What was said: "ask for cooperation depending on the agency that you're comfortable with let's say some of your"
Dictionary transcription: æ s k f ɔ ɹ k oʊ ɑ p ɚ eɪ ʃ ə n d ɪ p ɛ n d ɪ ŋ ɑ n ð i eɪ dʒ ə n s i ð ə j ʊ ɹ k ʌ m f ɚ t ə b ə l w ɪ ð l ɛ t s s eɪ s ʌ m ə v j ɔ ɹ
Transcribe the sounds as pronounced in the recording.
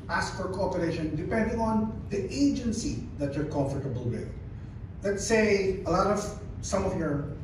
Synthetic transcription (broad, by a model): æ s k f ɔ ɹ k oʊ ɑ p ɚ eɪ ʃ ə n d ɪ p ɛ n d ɪ ŋ ɑ n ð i eɪ dʒ ə n s i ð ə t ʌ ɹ k ʌ m f ɚ t ə b ə l w ɪ ð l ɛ t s s eɪ s ʌ m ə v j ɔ ɹ